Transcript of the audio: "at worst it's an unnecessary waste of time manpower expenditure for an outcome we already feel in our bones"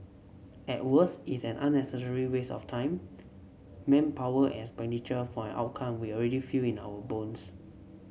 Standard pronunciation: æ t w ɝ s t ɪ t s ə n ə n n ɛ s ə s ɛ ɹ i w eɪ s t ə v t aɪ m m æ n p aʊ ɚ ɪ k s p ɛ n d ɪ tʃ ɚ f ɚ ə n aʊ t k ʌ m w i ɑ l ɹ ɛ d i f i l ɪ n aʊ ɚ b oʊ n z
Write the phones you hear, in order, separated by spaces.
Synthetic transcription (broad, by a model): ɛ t w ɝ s ɪ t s ə n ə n n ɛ s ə s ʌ ɹ i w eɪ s ə f t aɪ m m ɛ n p aʊ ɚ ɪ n s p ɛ n d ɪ tʃ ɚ f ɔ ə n aʊ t k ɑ m w i ɑ l ɹ ɛ d i f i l ɪ n aʊ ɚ b oʊ n s